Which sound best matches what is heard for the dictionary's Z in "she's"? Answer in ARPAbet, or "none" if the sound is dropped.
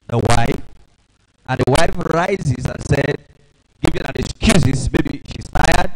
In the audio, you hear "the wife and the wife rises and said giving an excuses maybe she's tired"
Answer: S